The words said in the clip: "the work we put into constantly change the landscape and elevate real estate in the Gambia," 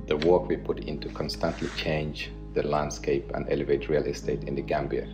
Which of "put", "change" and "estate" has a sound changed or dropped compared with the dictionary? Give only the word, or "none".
none